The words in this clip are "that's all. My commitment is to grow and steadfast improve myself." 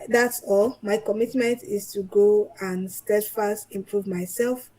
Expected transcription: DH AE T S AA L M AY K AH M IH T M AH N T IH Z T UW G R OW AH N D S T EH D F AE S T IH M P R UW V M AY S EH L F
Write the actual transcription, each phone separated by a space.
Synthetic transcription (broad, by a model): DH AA T S AA L M AY K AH M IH T M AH N T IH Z T UW G OW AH N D S T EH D F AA S T IH M P R UW V M AY S EH L F